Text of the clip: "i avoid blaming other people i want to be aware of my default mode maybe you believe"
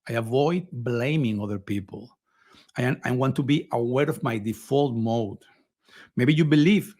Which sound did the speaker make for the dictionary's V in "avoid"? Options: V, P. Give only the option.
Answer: V